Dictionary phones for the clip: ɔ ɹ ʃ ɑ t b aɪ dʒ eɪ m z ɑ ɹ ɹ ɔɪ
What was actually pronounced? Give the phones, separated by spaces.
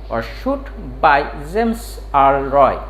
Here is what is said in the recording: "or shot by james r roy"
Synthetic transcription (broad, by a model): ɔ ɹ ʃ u t b aɪ z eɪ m s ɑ l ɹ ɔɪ